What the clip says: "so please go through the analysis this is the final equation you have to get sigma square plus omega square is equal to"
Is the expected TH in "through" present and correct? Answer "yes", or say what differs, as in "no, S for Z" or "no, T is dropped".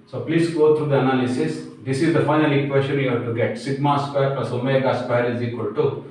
no, T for TH